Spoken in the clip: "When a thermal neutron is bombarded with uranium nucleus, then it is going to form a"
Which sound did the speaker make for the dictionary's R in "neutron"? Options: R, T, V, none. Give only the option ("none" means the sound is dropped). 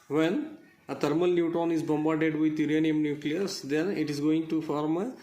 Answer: none